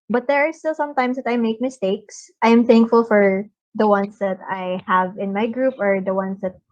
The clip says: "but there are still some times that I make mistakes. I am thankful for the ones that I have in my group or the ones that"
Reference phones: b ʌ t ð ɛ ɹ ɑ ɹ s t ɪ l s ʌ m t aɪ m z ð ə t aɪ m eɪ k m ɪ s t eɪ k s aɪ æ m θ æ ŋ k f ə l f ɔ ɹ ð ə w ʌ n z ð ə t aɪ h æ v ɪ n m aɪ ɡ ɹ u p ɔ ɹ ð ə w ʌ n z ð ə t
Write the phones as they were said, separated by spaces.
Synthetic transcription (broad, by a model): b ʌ t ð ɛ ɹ ɑ ɹ s t ɪ l s ʌ m t aɪ m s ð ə t aɪ m eɪ k m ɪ s t eɪ k s aɪ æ m θ æ ŋ k f ə l f ɔ ɹ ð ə w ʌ n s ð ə t aɪ h æ v ɪ n m aɪ ɡ ɹ u p ɔ ɹ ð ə w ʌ n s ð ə t